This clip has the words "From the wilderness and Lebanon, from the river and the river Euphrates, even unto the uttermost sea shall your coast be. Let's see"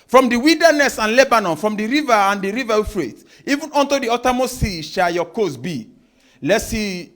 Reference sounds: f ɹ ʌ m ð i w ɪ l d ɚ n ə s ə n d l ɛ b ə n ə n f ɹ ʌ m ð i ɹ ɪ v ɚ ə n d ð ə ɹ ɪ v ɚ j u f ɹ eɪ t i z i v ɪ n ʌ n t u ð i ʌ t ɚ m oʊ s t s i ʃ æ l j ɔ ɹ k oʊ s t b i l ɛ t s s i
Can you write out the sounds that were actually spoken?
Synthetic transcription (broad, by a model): f ɹ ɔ m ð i w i l d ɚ n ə s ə n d l ɛ b ə n ə n f ɹ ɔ m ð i ɹ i v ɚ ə n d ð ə ɹ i v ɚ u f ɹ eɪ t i i v ɪ n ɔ n t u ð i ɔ t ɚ m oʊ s s i ʃ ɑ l j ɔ k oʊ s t b i l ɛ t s s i